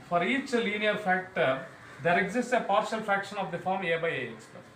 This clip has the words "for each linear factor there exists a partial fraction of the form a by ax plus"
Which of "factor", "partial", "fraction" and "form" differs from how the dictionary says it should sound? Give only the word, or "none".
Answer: none